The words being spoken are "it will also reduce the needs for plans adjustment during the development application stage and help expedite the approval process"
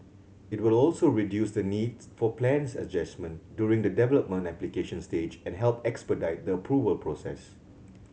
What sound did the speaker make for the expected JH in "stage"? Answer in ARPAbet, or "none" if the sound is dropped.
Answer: JH